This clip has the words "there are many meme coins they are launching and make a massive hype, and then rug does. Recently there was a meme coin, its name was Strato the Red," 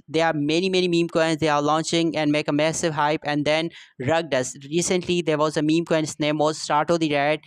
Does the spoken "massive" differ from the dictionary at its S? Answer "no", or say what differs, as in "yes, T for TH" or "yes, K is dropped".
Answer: no